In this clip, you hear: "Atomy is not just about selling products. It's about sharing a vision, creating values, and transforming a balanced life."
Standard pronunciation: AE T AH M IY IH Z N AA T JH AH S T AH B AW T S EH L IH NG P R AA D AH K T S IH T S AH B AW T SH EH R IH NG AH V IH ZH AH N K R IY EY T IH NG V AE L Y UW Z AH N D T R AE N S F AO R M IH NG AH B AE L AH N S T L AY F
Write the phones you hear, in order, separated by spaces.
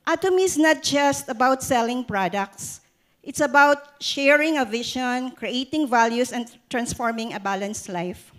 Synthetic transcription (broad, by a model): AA T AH M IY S N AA T JH AH S T AH B AW T S EH L IH NG P R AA D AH K T S IH T S AH B AW T SH EH R IH NG AH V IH SH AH N K R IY EY T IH NG V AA L Y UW S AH N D T R AE N S F AO R M IH NG AH B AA L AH N S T L AY F